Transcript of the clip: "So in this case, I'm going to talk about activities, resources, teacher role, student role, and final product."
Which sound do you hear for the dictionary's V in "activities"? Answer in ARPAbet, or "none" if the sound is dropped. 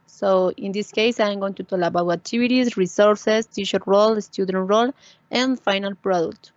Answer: B